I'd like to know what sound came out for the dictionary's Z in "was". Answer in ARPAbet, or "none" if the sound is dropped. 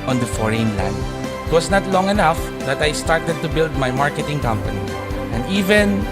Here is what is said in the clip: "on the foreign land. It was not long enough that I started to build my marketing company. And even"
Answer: S